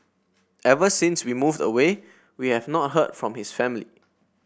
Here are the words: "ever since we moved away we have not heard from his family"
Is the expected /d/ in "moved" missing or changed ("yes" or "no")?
no